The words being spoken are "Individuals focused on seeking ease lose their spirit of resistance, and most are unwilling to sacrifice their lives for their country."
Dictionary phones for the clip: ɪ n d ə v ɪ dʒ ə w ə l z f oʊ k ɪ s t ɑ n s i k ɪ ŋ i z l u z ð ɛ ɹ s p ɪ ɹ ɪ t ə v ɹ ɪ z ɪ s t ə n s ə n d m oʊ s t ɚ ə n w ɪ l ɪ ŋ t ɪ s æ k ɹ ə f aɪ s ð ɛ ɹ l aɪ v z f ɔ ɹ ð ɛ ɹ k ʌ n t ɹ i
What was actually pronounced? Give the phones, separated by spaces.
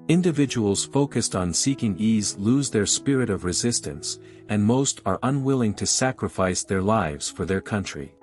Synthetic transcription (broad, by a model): ɪ n d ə v ɪ dʒ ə w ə l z f oʊ k ɪ s t n s i k ɪ ŋ i z l u z ð ɛ ɹ s p ɪ ɹ ɪ t ə v ɹ ɪ z ɪ s t ə n s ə n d m oʊ s t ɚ ə n w ɪ l ɪ ŋ t ɪ s æ k ɹ ə f aɪ s ð ɛ ɹ l aɪ v z f ɔ ɹ ð ɛ ɹ k ʌ n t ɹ i